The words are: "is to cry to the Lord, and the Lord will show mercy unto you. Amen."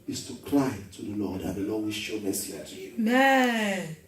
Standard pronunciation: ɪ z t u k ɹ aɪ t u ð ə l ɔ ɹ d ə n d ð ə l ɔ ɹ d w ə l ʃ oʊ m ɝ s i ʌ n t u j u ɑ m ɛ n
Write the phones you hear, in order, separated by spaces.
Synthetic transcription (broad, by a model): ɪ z t u k l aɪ t u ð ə l ɔ d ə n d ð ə l ɔ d w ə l ʃ oʊ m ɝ s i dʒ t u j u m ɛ